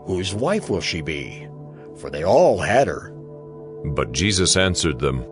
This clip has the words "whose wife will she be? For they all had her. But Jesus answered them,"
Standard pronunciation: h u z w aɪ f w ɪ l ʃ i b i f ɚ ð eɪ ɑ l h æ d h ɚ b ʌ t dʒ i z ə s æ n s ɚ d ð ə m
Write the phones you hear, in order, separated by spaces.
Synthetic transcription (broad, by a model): h u z w aɪ f w ɪ l ʃ i b i f ɚ ð eɪ ɑ l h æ d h ɚ b ʌ t dʒ i z ə s æ n s ɚ d ð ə m